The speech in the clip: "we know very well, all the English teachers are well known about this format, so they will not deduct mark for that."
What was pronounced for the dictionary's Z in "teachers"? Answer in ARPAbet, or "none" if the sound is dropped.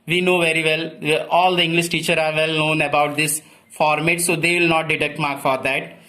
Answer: none